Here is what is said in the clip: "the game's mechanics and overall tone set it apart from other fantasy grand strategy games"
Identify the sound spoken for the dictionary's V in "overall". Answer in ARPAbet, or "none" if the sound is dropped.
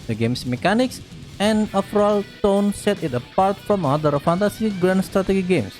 F